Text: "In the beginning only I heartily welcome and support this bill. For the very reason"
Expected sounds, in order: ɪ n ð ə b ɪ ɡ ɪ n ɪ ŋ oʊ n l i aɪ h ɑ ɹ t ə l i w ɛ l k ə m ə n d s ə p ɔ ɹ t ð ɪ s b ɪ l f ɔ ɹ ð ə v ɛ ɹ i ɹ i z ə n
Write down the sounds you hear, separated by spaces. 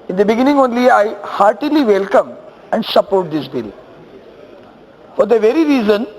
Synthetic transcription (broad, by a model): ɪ n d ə b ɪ ɡ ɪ n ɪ ŋ oʊ n l i aɪ h ɑ ɹ t ə l i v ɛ l k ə m ə n d s ə p ɔ ɹ t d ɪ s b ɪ l f ɔ ɹ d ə v ɛ ɹ i ɹ i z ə n